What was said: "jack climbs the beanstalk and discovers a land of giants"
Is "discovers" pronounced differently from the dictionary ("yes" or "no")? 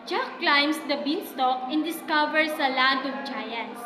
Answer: yes